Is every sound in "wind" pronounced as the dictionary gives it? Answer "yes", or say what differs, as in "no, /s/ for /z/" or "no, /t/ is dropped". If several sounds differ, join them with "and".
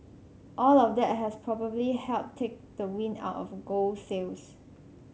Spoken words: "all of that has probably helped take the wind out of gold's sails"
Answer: no, /d/ is dropped